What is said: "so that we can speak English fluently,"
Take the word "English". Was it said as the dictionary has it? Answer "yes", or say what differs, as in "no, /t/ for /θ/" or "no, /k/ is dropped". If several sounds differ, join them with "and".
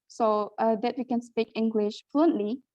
yes